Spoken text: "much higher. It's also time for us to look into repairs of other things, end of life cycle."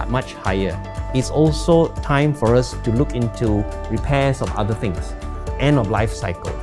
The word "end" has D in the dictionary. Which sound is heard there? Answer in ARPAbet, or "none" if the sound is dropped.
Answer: none